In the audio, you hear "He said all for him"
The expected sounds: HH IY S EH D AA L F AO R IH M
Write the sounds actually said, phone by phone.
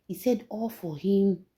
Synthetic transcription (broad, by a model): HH IY S EH D AA L F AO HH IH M